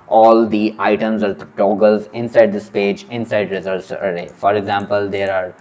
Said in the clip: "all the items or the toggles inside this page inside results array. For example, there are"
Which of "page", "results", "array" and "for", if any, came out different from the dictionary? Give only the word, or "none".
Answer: results